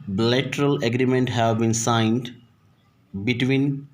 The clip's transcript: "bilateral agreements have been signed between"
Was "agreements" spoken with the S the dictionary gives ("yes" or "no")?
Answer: no